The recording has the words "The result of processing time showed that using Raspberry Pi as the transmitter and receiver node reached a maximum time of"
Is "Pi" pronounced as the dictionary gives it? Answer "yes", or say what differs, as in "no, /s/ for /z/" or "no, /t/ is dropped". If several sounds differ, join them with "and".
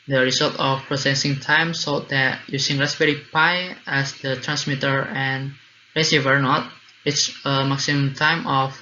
yes